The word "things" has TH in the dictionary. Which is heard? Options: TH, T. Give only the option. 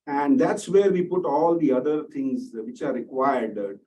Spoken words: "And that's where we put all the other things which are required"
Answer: T